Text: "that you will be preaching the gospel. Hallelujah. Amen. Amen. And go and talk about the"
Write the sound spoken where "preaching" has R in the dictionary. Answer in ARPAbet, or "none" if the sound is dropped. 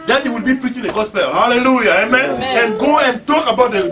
R